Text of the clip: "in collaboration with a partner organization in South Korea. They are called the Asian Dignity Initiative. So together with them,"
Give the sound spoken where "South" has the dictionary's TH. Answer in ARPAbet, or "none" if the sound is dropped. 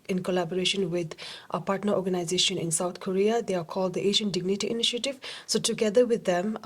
T